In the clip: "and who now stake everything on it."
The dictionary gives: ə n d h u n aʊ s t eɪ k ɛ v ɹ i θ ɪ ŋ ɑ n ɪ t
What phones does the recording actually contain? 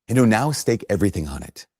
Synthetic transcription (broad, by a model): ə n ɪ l n aʊ s t eɪ k ɛ v ɹ i θ ɪ ŋ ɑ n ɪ t